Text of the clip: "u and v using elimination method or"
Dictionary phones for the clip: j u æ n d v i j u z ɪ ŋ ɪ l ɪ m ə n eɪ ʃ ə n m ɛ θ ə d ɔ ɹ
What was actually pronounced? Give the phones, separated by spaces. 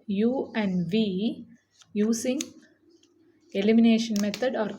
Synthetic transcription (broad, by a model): j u æ n d v i j u s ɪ ŋ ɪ l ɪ m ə n eɪ ʃ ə n m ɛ t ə d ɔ ɹ